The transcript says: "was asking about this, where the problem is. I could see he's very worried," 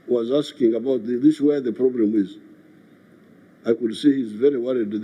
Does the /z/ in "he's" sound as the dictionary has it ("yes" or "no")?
yes